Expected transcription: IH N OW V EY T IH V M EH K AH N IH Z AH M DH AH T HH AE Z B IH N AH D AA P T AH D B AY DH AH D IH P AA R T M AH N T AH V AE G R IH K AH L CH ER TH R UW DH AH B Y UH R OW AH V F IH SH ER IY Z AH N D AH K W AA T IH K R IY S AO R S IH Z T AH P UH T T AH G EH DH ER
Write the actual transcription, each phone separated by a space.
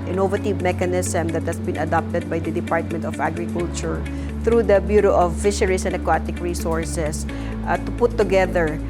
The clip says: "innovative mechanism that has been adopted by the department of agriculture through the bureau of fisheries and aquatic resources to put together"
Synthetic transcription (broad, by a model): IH N OW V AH T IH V M EH K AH N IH S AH M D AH T HH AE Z B IH N AH D AA P T AH D B AY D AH D IH P AA R T M AH N T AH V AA G R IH K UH L CH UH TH R UW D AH B Y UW R OW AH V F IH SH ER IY S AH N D AH K W AA T IH K R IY S AO R S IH S T AH P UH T T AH G EH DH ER